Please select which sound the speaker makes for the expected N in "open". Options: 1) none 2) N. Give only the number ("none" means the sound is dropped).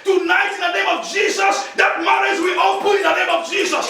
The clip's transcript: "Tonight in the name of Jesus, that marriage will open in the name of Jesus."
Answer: 1